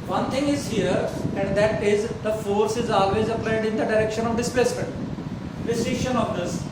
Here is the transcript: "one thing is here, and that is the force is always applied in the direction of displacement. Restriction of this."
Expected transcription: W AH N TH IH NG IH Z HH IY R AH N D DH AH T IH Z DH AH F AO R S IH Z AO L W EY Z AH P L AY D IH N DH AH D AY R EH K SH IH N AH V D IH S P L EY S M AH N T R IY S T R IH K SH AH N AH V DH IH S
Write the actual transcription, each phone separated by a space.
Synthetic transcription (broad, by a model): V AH N T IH NG IH Z HH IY R AH N D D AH T IH Z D AH F AO R S IH Z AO L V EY Z AH P L AY D IH N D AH D AY R EH K SH IH N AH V D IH S P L EY S M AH N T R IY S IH SH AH N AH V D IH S